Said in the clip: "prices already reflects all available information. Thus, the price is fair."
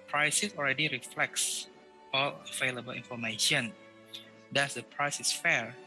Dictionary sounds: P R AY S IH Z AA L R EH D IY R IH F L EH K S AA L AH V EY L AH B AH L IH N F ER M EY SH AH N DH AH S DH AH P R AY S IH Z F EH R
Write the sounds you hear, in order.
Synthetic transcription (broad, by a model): P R AY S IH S AA L R EH D IY R IH F L EH K S AA L AH V EY L AH B AH L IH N F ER M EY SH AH N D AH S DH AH P R AY S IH S F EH R